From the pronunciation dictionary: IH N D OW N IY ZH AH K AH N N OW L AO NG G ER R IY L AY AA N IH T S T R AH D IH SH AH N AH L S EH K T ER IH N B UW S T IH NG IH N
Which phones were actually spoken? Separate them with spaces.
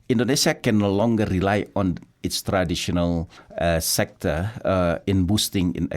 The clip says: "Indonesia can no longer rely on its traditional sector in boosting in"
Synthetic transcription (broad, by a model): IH N D OW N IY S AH K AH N N OW L AO NG G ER R IY L AY AA N IH T S T R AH D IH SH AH N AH L S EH K T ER IH N B UW S T IH NG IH N